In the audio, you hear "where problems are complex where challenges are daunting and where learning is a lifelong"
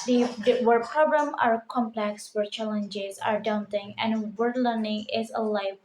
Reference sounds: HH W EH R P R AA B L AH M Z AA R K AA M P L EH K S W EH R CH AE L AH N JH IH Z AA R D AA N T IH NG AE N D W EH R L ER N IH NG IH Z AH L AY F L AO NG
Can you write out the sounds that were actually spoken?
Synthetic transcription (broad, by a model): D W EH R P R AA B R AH M AA R K AA M P L EH K S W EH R CH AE L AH N JH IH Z AA R D AA N T IH NG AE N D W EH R L ER N IH NG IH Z AH L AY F